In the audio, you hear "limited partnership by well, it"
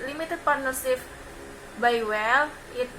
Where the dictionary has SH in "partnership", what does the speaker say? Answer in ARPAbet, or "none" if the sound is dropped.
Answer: S